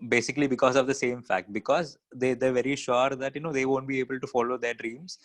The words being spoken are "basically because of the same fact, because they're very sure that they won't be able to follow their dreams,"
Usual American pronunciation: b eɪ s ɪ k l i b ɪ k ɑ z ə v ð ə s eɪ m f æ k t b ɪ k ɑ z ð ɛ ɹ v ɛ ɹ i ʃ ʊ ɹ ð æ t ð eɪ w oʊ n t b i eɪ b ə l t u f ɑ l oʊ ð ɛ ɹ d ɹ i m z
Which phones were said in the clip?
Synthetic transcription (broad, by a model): b eɪ s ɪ k l i b ɪ k ɑ z ə v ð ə s eɪ m f æ k t b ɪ k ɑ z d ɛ ɹ v ɛ ɹ i ʃ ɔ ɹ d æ t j eɪ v oʊ n t b i eɪ b ə l t u f ɑ l oʊ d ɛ ɹ d ɹ i m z